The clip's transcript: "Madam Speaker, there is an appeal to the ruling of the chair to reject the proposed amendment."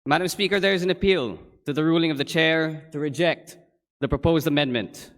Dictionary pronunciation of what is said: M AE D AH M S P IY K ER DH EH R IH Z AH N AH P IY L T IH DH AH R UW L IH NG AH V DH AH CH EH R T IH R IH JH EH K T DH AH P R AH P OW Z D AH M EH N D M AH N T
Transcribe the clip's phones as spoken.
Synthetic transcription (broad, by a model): M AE D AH M S P IY K ER DH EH R IH Z AH N AH P IY L T IH DH AH R UW L IH NG AH V DH AH CH EH R T IH R IH JH EH K T DH AH P R AH P OW Z D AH M EH N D M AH N T